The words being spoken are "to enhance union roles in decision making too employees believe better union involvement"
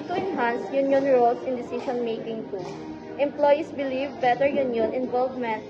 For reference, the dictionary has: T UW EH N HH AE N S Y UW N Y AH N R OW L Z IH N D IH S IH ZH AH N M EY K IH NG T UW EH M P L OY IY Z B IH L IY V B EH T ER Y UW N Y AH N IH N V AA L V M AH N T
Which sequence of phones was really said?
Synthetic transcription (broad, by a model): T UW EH N HH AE N S Y UW N Y AH N R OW L S IH N D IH S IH SH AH N M EY K IH NG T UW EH M P L OY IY S B IH L IY V B EH T ER Y UW N Y AH N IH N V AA L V M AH N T